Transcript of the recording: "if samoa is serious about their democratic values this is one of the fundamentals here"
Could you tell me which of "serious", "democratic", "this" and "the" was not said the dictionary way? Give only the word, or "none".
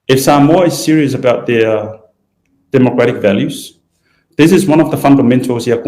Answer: none